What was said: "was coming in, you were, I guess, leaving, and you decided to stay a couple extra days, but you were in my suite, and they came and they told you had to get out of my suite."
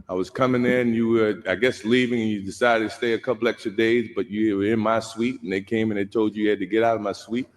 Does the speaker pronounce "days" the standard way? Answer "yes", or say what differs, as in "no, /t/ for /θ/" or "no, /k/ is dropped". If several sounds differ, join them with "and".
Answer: yes